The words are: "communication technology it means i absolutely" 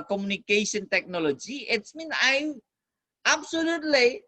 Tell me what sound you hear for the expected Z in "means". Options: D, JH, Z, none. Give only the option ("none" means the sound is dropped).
none